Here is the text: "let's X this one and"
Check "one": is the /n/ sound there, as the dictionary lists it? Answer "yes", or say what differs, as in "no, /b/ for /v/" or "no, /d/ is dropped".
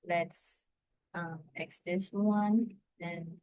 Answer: yes